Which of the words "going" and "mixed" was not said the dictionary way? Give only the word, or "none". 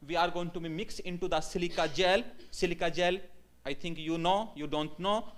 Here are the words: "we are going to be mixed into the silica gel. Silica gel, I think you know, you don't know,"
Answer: mixed